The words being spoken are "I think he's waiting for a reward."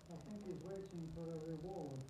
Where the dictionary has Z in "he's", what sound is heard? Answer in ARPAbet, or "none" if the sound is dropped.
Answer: Z